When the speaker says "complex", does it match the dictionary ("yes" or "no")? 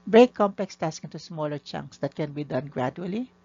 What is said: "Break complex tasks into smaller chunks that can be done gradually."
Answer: yes